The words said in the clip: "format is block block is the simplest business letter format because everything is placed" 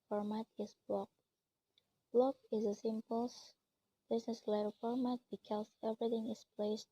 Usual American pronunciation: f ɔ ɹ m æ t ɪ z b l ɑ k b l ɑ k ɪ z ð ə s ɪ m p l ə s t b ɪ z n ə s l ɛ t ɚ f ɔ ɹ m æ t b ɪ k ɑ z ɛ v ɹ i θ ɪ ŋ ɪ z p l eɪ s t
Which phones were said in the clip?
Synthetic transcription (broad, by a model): f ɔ ɹ m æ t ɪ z b l ɑ k b l ɑ k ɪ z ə s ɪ m p ə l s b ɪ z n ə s l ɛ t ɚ f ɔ ɹ m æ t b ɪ k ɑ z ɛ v ɹ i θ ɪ ŋ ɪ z p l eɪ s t